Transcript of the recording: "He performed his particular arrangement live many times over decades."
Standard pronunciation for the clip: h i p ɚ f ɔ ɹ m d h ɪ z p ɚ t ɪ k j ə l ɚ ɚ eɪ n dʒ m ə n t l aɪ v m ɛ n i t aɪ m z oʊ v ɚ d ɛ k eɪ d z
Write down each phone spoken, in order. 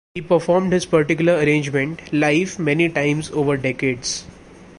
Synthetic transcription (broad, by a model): h i p ɚ f ɔ ɹ m d h ɪ z p ɚ t ɪ k j ə l ɚ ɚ eɪ n dʒ m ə n t l aɪ f m ɛ n i t aɪ m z oʊ v ɚ d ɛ k eɪ d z